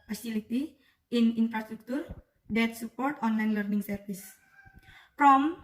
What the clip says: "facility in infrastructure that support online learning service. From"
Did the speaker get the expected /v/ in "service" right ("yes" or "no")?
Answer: no